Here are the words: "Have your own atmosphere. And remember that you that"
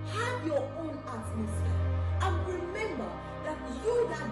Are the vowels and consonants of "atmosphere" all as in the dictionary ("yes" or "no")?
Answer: no